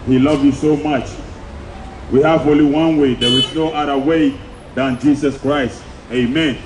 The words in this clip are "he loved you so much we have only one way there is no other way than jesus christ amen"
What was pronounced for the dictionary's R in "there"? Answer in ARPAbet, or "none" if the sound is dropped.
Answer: W